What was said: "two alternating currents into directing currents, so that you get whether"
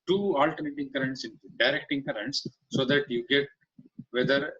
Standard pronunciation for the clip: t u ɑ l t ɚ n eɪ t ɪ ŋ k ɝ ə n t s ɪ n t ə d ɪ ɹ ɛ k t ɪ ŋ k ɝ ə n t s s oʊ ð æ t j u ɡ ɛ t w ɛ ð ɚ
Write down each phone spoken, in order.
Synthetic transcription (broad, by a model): t u ɑ l t ɚ n eɪ t ɪ ŋ k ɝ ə n t s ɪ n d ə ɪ ɹ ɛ k t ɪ ŋ k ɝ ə n t s s oʊ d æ t j u ɡ ɛ t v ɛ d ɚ